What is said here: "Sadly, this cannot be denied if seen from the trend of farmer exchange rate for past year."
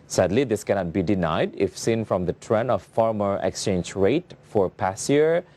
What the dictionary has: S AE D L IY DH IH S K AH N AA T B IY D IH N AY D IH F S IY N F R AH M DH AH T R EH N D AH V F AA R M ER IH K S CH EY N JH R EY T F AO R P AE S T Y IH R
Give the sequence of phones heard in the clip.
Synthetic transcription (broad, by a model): S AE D L IY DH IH S K AH N AA T B IY D IH N AY D IH F S IY N F R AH M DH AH T R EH N AH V F AA R M ER IH K S CH EY N JH R EY T F AO R P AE S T Y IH R